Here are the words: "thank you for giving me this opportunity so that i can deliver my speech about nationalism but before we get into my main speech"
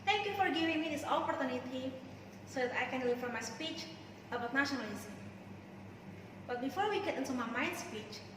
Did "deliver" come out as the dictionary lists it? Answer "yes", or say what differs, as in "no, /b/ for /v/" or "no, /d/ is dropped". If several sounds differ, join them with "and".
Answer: no, /f/ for /v/